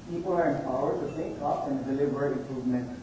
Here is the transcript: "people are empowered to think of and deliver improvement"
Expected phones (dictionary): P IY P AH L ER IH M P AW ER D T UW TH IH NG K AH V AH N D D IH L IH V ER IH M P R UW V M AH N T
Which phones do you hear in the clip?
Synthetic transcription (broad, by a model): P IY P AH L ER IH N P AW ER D T UW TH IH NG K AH P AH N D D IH L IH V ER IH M P R UW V M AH N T